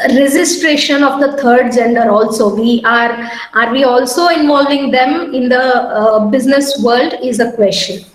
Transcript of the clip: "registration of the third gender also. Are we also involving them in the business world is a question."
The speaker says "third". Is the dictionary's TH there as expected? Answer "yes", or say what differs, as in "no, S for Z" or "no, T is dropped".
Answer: no, T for TH